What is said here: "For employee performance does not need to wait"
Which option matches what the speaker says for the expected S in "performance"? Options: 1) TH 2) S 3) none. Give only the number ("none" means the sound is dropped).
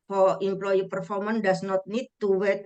3